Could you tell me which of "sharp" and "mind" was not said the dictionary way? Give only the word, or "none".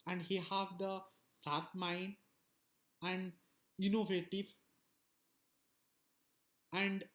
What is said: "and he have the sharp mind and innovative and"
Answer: sharp